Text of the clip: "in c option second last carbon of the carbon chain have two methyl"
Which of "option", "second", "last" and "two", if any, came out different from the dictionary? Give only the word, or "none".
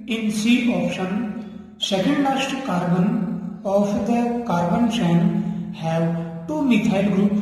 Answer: last